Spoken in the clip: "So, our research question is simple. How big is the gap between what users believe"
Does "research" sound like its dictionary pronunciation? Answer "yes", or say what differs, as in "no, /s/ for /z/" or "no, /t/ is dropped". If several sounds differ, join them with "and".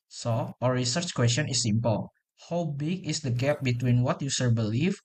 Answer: yes